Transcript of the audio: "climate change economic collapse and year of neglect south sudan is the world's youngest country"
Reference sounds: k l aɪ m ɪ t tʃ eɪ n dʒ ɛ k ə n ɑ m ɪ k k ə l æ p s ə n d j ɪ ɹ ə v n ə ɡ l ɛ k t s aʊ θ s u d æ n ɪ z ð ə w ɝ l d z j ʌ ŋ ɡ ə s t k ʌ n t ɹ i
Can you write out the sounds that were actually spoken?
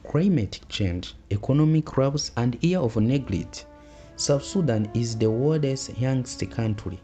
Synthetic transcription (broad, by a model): k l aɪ m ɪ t tʃ eɪ n dʒ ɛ k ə n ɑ m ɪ k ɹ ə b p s ə n d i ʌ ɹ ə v n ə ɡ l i t s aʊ f s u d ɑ n ɪ z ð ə w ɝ d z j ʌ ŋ ɡ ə s t k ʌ n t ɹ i